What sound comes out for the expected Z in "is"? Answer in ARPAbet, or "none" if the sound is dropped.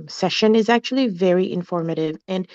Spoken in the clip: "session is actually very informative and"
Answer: Z